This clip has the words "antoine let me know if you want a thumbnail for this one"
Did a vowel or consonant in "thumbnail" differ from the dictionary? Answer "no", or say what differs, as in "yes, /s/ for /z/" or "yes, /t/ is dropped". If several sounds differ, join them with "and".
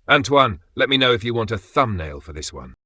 no